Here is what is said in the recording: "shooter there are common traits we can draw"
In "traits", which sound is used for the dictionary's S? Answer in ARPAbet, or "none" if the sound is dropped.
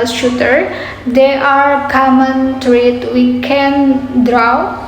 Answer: none